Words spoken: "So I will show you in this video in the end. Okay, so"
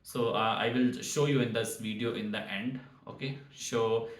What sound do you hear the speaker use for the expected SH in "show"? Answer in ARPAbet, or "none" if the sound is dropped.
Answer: SH